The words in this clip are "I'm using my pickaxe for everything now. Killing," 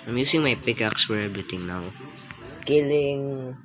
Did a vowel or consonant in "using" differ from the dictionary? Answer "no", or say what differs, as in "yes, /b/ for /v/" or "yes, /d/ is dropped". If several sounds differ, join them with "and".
yes, /s/ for /z/